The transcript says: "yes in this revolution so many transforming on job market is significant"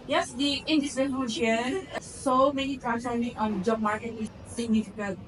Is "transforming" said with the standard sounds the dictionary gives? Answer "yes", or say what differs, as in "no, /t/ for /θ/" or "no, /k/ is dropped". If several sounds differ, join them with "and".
no, /f/ is dropped